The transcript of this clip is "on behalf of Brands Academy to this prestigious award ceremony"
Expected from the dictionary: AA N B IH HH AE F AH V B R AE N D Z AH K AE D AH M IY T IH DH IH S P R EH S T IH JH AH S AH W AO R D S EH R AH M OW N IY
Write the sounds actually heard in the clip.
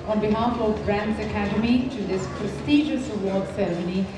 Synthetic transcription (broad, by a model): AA N B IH HH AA F AH V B R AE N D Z AH K AE D AH M IY T IH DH IH S P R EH S T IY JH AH S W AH L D S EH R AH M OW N IY